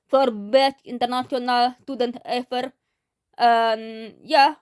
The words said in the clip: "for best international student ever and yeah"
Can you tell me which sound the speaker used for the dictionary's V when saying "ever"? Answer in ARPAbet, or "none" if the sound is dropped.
F